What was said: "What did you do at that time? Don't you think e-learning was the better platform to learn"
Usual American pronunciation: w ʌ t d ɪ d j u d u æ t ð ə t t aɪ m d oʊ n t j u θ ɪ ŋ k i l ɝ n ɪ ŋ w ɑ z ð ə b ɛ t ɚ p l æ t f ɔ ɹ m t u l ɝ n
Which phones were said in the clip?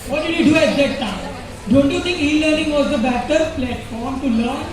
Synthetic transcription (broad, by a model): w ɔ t d ɪ d j u d u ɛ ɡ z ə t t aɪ d oʊ n t j u t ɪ ŋ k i l ɝ n ɪ ŋ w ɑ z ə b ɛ t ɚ p l æ t f ɔ ɹ m t u l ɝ n